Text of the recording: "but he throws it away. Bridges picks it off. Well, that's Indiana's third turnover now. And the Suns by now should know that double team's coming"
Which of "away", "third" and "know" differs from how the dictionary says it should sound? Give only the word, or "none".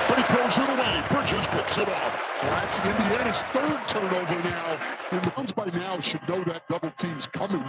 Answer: none